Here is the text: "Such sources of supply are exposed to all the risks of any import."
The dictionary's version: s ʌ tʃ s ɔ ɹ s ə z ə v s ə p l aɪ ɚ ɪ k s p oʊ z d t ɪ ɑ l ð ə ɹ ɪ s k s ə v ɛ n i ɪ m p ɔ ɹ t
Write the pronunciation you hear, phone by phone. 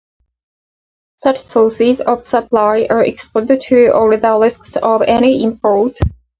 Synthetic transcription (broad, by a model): s ʌ tʃ s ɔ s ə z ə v s ə p l aɪ ɚ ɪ k s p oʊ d t ɪ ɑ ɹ ð ə l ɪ s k s ə v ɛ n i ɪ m p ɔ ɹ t